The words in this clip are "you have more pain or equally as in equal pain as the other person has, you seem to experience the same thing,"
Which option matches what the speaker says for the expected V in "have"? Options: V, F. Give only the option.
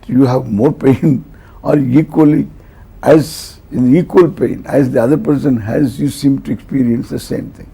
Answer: V